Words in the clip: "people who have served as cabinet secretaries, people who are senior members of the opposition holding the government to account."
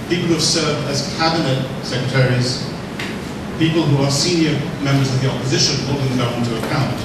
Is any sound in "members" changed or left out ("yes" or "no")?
no